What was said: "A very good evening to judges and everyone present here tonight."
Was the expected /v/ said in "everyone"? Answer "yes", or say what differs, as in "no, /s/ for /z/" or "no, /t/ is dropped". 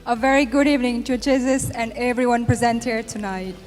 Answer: yes